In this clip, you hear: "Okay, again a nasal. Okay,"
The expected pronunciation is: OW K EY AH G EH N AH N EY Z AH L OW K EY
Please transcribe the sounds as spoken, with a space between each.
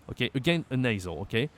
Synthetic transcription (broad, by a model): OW K EY AH G EH N AH N EY Z AH L OW K EY